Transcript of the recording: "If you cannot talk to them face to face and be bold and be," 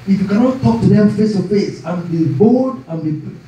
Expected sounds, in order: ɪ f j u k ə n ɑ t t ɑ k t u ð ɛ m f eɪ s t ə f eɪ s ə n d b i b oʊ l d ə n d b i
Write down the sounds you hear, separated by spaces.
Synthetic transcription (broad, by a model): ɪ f j u k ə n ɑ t t ɑ k t u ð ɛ f eɪ s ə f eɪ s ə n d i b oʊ d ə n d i